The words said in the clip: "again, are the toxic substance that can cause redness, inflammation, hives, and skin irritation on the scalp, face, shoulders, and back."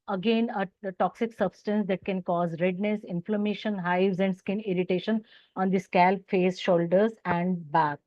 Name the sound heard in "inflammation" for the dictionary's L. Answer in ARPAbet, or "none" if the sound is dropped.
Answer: L